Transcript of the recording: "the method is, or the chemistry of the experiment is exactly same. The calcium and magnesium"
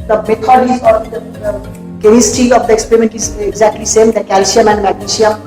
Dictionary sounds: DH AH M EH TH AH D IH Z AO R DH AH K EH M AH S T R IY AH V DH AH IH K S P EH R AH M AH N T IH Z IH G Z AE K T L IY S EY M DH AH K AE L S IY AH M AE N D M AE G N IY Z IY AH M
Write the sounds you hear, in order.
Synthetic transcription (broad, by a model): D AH M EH T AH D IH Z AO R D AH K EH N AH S T IY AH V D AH IH K S P EH R AH M AH N T IH Z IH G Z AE K T L IY S EY M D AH K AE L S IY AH M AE N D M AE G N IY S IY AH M